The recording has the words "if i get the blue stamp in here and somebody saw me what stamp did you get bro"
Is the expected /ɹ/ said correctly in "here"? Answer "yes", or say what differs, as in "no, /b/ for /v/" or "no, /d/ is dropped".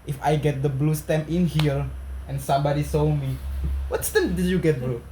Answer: no, /l/ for /ɹ/